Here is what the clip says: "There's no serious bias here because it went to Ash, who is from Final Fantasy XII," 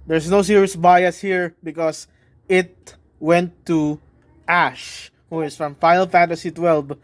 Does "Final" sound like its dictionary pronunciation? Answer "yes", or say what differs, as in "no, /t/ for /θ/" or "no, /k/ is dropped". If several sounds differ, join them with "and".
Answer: no, /n/ is dropped